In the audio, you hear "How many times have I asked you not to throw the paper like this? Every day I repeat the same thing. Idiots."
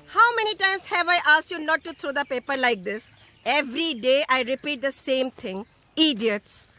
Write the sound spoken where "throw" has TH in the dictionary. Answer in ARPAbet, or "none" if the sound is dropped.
T